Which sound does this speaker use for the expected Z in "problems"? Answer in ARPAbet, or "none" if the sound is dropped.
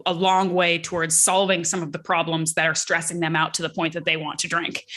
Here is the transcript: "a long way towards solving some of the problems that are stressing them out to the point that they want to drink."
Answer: Z